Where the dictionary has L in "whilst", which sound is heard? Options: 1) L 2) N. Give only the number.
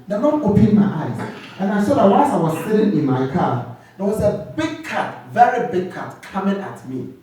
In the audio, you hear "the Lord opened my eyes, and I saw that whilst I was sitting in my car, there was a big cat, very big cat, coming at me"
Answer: 2